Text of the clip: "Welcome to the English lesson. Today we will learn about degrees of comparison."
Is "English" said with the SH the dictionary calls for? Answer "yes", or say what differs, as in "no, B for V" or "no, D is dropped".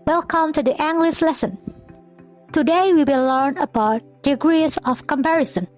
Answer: no, S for SH